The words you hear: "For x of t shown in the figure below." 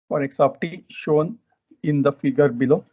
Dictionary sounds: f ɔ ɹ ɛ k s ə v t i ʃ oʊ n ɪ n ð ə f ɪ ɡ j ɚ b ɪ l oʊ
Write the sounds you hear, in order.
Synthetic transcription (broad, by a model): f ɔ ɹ ɛ k s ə p t i ʃ oʊ n ɪ n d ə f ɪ ɡ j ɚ b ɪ l oʊ